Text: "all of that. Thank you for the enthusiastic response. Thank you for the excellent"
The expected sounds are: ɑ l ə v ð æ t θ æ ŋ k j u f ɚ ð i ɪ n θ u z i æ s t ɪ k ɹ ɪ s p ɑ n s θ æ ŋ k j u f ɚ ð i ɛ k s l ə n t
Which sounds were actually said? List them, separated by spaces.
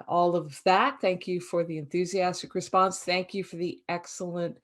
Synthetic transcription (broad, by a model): ɑ l ə v ð æ t θ æ ŋ k j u f ɚ ð i ɪ n θ u z i æ s t ɪ k ɹ ɪ s p ɑ n s θ æ ŋ k j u f ɚ ð i ɛ k s l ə n t